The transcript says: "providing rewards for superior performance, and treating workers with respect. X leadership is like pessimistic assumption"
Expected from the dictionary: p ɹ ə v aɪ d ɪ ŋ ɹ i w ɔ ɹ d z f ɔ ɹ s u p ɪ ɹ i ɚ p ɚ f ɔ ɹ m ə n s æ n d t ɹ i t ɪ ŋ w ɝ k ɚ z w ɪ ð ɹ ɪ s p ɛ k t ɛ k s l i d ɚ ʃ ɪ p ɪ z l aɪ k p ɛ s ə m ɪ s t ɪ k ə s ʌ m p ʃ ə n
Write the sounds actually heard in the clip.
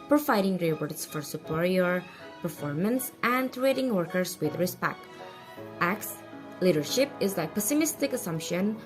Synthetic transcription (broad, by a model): p ɹ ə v aɪ d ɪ ŋ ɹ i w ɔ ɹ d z f ɔ ɹ s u p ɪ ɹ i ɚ p ɚ f ɔ ɹ m ə n s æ n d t ɹ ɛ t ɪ ŋ w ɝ k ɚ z w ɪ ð ɹ ɪ s p ɛ k t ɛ k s l i d ɚ ʃ ɪ p ɪ z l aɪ p ɛ s ə m ɪ s t ɪ k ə s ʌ m p ʃ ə n